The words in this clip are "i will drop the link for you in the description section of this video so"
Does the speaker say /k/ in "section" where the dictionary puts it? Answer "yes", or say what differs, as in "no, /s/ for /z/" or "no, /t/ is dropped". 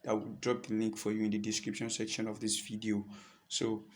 yes